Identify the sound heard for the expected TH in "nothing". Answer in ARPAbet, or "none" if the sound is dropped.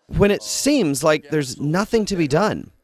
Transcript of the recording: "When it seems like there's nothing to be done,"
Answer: TH